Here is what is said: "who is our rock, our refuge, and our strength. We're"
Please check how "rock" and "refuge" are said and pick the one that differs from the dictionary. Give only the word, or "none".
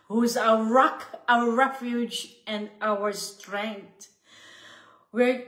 none